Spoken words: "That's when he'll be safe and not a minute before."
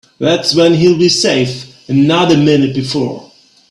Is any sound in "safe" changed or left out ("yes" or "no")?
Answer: no